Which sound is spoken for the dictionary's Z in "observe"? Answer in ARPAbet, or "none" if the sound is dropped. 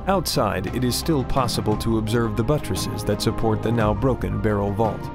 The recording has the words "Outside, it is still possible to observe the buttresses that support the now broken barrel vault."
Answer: Z